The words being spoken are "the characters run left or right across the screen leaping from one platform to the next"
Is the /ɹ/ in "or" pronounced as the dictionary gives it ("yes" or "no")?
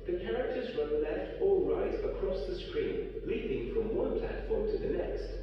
no